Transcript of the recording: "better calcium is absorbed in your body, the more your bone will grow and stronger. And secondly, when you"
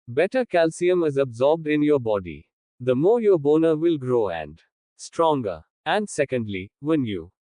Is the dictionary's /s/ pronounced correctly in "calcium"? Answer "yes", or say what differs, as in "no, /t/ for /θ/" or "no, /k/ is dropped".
yes